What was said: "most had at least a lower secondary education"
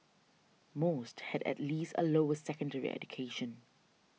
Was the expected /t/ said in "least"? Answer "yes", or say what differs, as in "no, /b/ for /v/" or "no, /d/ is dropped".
yes